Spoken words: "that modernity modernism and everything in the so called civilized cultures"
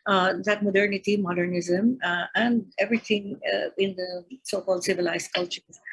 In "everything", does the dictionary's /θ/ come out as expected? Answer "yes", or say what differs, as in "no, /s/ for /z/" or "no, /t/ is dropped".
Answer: no, /t/ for /θ/